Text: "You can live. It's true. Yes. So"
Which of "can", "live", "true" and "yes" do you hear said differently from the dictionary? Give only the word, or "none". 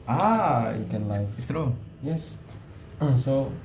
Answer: live